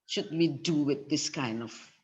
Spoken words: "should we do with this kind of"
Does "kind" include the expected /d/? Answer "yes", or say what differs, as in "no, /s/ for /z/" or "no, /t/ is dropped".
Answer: yes